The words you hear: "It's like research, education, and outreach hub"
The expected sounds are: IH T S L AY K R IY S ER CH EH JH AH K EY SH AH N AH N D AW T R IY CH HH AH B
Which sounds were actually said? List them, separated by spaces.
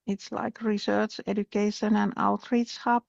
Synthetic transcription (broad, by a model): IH T S L AY K R IY S ER CH EH JH AH K EY SH AH N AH N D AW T R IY S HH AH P